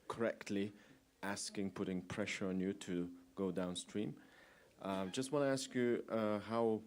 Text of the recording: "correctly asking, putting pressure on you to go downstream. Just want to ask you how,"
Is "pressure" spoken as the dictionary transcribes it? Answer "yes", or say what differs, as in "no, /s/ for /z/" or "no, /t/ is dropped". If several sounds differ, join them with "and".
yes